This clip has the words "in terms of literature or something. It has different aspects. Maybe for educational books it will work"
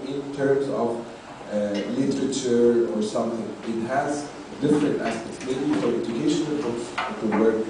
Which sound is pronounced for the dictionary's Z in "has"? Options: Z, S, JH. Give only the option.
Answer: Z